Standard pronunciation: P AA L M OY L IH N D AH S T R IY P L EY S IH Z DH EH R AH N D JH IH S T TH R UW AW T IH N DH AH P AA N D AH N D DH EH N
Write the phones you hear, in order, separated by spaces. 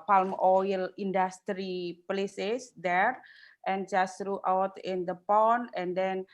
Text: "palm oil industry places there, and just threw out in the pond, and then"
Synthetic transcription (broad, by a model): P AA L M OY L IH N D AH S T R IY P L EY S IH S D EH R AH N JH IH S T R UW AW T IH N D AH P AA N AH N D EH N